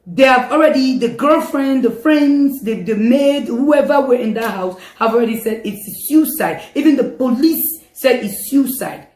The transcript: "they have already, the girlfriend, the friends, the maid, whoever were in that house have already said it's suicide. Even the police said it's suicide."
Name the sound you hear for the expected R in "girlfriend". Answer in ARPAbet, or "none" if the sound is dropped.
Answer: R